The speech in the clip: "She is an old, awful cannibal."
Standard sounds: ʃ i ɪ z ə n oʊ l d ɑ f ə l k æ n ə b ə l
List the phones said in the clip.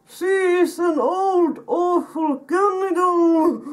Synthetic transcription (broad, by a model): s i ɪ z ə n oʊ l d ɑ f ə l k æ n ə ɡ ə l